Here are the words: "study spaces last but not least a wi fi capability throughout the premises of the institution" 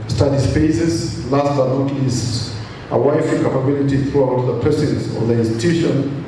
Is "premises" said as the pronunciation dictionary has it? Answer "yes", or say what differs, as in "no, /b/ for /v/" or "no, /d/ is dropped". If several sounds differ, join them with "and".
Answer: no, /ɹ/ is dropped